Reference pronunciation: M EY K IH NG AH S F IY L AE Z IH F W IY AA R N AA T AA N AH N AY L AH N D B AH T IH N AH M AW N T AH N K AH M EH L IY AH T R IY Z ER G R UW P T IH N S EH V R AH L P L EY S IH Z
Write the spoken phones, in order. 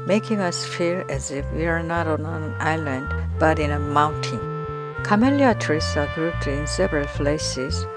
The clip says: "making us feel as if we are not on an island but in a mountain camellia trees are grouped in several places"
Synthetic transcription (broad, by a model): M EY K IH NG AH S F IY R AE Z IH F W IY AA R N AA T AA N AH N AY L AH N D B AH T IH N AH M AW N T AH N K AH M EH L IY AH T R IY S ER G R UW P T IH N S EH V R AH L P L EY S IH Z